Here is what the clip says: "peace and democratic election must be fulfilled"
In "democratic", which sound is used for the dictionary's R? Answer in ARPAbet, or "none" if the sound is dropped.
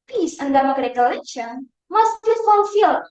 none